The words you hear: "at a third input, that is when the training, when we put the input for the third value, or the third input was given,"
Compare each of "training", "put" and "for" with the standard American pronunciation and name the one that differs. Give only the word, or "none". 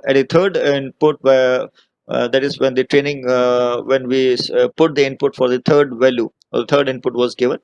none